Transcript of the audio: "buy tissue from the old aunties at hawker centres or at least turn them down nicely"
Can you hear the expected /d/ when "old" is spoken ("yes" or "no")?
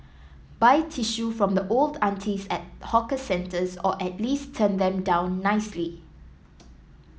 yes